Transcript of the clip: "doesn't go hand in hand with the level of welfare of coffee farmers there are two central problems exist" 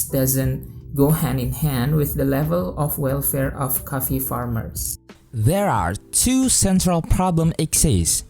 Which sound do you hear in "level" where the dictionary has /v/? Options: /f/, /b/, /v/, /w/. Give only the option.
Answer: /v/